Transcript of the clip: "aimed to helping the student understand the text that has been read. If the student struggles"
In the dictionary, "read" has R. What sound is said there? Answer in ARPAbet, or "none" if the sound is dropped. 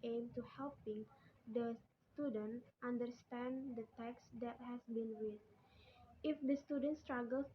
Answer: W